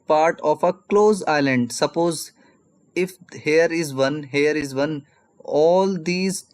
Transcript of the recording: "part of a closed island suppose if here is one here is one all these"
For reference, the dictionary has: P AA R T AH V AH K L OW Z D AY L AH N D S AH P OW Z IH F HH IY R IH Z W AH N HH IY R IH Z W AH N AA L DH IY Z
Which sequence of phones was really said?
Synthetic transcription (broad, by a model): P AA R T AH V AH K L OW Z AY L AH N D S AH P OW Z IH F HH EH R IH Z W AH N HH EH R IH Z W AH N AA L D IY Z